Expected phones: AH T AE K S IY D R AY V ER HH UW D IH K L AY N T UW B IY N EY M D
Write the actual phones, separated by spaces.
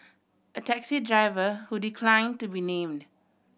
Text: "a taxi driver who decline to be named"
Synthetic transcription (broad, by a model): AH T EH K S IY D R AY V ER HH UW D IH K L AY N T UW B IY N EY M D